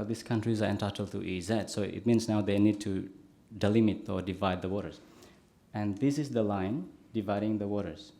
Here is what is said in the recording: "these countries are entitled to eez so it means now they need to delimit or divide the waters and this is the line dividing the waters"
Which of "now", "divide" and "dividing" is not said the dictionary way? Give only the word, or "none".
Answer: none